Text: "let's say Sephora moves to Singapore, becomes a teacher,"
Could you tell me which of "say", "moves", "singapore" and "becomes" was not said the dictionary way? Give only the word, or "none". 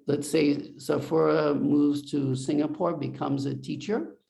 none